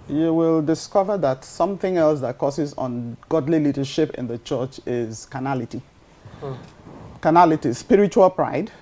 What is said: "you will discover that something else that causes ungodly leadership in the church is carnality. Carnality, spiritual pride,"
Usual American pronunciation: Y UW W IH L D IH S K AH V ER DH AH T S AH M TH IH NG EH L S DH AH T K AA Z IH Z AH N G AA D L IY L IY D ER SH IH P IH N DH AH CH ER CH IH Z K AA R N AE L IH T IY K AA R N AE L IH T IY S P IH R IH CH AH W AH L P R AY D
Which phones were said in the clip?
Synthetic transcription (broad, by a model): Y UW W IH L D IH S K AH V ER DH AH T S AH M TH IH NG EH L S DH AH T K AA S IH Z N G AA D L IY L IY D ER SH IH P IH N DH AH CH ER CH IH Z K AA N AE L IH T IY K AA N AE L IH T IY S P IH R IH CH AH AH L P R AY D